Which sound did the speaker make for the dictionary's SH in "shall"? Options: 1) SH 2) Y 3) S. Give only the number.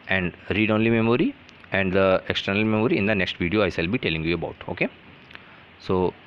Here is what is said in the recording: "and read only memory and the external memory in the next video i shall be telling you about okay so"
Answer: 3